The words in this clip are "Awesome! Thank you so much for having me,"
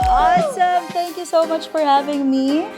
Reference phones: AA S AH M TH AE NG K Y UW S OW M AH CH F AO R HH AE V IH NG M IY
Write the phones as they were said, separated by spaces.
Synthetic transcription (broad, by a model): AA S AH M T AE NG K Y UW S OW M AH CH F AO R HH AE V IH NG M IY